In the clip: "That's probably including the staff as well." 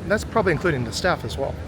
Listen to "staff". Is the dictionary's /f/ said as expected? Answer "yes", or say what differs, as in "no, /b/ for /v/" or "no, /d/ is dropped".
yes